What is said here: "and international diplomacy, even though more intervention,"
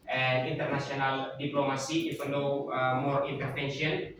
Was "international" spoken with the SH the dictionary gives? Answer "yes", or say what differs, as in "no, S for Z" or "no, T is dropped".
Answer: no, S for SH